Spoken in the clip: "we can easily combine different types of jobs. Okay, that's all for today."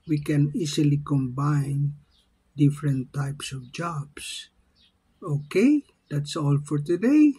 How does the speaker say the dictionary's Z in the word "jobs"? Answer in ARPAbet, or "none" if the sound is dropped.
S